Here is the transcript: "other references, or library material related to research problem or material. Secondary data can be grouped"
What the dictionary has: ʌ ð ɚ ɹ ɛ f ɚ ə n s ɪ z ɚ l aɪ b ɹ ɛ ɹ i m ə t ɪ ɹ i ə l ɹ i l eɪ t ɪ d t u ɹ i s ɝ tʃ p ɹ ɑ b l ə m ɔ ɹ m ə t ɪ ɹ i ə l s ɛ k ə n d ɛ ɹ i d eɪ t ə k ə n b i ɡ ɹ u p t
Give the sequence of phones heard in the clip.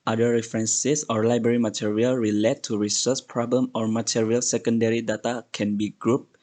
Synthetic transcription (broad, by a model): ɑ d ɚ ɹ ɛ f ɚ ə n s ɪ s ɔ l aɪ b ɹ ɛ ɹ i m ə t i ɹ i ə l ɹ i l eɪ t t u ɹ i s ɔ s p ɹ ɑ b l ə m ɔ ɹ m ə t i ɹ i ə l s ɛ k ə n d ɛ ɹ i d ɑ t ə k ə n b i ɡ ɹ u p